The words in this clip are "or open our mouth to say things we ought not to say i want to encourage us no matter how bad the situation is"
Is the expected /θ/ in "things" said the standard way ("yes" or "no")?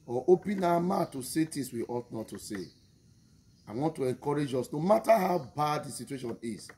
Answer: no